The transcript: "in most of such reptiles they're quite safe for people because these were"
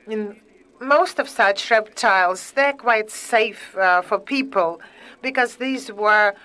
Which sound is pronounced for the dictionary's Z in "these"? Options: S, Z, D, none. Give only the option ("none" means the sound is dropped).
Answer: Z